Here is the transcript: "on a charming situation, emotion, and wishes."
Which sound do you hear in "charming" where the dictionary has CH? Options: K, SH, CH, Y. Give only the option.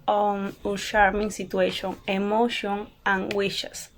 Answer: SH